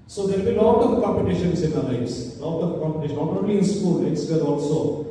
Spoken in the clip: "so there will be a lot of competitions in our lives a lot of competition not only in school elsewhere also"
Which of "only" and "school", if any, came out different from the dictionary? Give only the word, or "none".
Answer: only